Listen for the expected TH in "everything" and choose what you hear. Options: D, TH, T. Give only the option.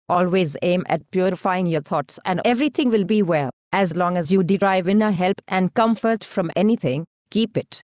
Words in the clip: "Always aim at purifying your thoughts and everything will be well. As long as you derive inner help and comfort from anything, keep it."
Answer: T